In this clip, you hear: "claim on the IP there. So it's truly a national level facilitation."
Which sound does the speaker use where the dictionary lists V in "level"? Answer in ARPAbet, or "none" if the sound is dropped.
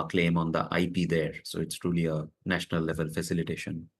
V